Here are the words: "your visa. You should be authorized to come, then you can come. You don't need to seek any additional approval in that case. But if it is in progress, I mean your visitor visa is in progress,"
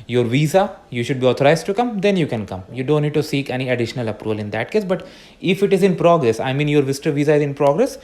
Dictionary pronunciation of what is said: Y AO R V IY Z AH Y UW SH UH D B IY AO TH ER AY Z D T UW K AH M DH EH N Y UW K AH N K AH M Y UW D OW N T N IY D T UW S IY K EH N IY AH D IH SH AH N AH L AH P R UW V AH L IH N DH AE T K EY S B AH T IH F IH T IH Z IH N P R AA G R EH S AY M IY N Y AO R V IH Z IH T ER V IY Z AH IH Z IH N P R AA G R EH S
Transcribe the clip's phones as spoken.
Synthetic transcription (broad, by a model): Y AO R V IY Z AH Y UW SH UH D B IY AO T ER AY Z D T UW K AH M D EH N Y UW K AH N K AH M Y UW D OW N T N IY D T UW S IY K EH N IY AH D IH SH AH N AH L AH P R UW V AH L IH N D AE T K EY S B AH T IH F IH T IH Z IH N P R AA G R EH S AY M IY N Y AO R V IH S T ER V IY Z AH IH Z IH N P R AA G R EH S